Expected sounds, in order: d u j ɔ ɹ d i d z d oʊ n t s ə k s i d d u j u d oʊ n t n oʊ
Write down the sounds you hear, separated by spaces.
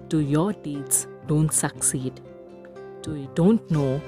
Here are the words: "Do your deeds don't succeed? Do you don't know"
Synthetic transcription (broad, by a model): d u j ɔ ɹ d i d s d oʊ n t s ə k s i d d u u d oʊ n t n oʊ